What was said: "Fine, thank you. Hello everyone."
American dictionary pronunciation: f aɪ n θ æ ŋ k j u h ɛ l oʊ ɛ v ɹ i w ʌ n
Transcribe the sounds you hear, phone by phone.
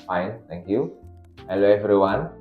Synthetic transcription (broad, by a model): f aɪ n t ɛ ŋ k j u h ɛ l oʊ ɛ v ɹ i w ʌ n